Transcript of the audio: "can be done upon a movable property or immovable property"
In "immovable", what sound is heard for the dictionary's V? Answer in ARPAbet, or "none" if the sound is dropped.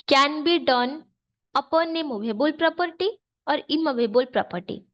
B